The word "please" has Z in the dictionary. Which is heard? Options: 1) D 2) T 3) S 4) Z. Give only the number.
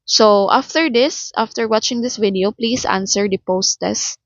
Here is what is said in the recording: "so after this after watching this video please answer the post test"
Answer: 3